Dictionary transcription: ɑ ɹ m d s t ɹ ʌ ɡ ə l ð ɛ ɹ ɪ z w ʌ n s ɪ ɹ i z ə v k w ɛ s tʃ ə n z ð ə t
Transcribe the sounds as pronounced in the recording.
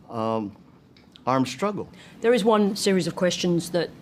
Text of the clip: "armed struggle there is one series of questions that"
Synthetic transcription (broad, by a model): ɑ ɹ m s t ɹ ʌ ɡ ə l ð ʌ ɹ ɪ z w ʌ n s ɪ ɹ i z ə v k w ɛ s tʃ ə n z ð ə t